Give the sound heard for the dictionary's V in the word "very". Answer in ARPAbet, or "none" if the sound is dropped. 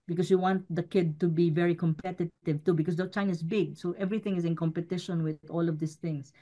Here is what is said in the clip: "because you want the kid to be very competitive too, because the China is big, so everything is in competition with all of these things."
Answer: V